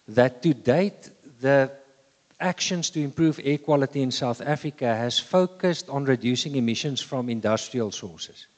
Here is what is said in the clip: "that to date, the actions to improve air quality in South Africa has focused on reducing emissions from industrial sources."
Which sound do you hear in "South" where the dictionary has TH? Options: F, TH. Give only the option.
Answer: TH